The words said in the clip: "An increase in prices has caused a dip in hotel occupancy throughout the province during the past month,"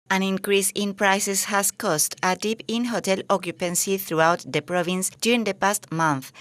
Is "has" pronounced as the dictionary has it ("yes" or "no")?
no